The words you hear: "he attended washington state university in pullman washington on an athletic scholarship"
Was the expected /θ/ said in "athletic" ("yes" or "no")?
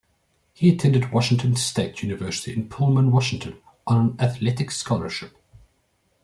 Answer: yes